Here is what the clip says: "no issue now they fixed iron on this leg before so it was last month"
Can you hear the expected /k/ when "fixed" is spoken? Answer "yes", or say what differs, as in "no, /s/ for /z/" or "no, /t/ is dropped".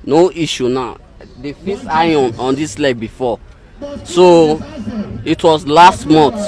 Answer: no, /k/ is dropped